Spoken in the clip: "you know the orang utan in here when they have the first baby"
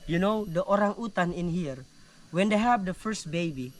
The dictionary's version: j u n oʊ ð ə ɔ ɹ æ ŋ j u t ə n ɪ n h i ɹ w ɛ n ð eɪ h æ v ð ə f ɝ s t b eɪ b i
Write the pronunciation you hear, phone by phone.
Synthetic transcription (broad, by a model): j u n oʊ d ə ɔ ɹ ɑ ŋ u t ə n ɪ n h i ɹ w ɛ n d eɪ h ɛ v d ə f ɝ s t b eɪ b i